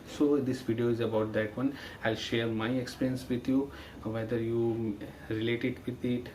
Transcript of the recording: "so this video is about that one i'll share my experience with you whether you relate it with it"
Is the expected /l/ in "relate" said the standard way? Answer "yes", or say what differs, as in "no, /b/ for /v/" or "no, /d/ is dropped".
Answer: yes